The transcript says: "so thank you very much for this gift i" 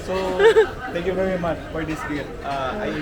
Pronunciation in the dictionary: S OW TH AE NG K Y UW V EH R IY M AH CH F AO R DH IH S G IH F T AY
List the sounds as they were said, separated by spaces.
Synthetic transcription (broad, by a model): S OW T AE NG K Y UW V EH R IY M AH CH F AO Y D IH S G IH T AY